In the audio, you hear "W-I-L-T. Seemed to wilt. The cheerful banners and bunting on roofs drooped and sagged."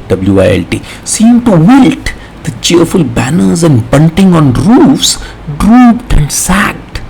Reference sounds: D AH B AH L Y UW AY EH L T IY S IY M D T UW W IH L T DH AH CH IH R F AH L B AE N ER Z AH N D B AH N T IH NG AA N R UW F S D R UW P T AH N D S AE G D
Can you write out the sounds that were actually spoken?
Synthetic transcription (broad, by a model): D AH B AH L Y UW AY EH L T IY S IY M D T UW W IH L T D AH CH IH R F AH L B AE N ER Z AH N D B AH N T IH NG AA N R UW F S D R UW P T AH N D S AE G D